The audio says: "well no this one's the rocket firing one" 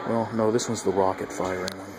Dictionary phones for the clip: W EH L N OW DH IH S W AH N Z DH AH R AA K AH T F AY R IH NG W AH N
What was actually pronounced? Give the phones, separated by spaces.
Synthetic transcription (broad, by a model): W EH L N OW DH IH S W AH Z DH AH R AA K AH T F AY R IH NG